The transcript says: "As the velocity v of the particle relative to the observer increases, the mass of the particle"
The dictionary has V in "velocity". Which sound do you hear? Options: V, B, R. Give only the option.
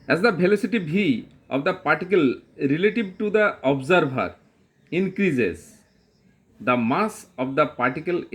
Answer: B